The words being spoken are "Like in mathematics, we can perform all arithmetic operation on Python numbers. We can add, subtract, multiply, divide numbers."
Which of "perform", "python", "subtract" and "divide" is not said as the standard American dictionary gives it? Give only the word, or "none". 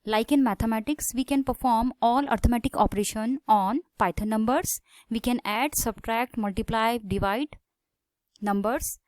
python